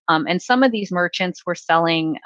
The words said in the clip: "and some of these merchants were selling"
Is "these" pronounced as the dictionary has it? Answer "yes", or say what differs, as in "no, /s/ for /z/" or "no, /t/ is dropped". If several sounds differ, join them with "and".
yes